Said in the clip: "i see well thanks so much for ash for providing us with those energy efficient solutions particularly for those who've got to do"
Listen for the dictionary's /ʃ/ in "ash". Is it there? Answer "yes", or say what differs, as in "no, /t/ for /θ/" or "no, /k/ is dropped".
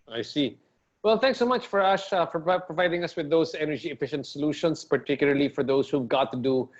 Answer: no, /s/ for /ʃ/